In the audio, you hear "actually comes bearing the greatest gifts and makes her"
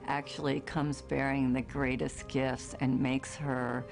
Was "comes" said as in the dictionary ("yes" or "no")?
yes